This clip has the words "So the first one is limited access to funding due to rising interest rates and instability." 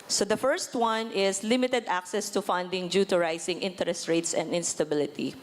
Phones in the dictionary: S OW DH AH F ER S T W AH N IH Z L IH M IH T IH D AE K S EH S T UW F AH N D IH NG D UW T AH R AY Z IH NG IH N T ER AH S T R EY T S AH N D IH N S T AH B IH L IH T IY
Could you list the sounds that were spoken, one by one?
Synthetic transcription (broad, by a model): S OW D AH F ER S T W AH N IH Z L IH M IH T IH D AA K S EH S T UW F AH N D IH NG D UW T AH R AY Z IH NG IH N T ER AH S T R EY T S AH N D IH N S T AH B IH L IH T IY